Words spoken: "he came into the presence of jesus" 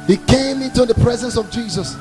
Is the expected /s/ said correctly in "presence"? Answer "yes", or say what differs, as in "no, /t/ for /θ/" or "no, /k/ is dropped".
yes